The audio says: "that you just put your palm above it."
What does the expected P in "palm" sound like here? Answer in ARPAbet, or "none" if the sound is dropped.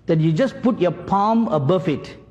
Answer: P